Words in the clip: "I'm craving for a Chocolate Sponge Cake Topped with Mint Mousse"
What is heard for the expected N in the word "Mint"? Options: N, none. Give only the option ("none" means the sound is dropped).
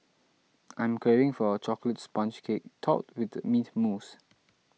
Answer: none